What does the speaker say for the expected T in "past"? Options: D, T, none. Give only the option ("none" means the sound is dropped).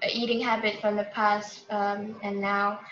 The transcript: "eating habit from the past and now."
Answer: T